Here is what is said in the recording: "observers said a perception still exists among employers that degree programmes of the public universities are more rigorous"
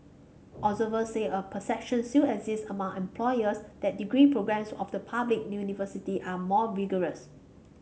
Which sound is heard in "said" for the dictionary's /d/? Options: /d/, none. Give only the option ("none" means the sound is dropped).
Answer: none